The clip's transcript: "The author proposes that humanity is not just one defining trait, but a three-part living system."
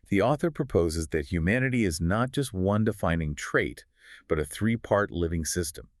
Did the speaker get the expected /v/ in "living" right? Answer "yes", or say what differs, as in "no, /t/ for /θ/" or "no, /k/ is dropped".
yes